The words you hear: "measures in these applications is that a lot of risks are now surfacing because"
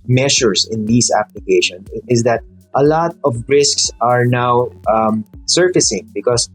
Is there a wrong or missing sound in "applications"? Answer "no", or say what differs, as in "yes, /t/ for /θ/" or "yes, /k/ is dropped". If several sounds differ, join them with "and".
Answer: yes, /z/ is dropped